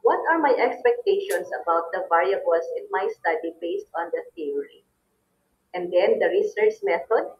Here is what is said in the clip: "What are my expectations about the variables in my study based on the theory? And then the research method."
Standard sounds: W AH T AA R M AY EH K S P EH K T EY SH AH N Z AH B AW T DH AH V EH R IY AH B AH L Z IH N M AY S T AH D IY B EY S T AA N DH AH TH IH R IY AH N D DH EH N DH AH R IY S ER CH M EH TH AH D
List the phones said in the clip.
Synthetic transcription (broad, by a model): W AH T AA R M AY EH K S P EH K T EY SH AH N S AH B AW T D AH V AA R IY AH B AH L S IH N M AY S T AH D IY B EY S T AA N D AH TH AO R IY AH N D EH N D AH R IY S ER CH M EH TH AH D